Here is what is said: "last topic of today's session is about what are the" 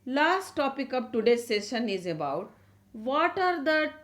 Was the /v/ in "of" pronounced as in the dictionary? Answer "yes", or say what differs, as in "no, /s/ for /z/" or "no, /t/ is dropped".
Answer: no, /p/ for /v/